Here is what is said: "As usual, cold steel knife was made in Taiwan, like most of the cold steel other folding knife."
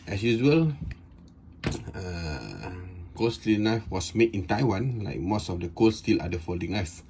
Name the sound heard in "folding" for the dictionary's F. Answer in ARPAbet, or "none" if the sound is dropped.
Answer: F